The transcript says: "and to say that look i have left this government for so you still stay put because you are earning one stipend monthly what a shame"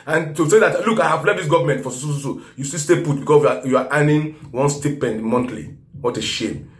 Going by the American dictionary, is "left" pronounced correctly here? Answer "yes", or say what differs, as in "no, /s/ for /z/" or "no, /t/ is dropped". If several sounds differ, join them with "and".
no, /f/ is dropped